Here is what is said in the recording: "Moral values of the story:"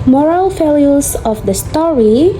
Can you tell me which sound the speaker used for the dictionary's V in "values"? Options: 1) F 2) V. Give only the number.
1